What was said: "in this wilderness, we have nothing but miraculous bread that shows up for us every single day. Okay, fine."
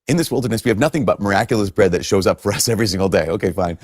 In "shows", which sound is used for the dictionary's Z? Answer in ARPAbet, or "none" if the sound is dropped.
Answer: Z